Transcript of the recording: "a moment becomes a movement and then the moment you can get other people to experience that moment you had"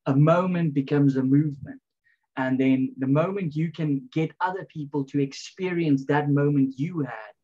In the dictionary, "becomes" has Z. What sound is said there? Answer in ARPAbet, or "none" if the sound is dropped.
Z